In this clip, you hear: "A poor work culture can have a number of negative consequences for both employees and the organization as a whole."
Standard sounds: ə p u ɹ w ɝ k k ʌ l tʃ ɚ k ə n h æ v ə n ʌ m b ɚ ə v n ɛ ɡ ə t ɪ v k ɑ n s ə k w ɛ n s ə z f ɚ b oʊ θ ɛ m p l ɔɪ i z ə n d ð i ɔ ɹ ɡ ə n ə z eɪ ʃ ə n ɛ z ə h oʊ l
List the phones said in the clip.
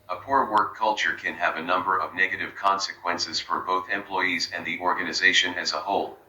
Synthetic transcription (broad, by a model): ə p u ɹ w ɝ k k ʌ l tʃ ɚ k ə n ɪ v ə n ʌ m b ɚ ə v n ɛ ɡ ə t ɪ v k ɑ n s ə k w ɛ n s ə z f ɚ b oʊ θ ɛ m p l ɔɪ i z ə n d ð i ɔ ɹ ɡ ə n ə z eɪ ʃ ə n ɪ z ə h oʊ l